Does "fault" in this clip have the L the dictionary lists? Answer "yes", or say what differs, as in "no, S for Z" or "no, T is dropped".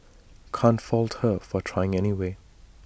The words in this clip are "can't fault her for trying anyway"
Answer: yes